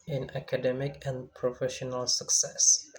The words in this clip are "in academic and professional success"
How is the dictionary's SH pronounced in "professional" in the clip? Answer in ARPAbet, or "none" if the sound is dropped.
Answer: SH